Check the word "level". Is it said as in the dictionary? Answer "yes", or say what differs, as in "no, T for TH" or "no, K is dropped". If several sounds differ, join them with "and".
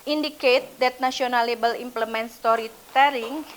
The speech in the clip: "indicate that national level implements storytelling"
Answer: no, B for V